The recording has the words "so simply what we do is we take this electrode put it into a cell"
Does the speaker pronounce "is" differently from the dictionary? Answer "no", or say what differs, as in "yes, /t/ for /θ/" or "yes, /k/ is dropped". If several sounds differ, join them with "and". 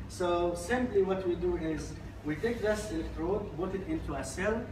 no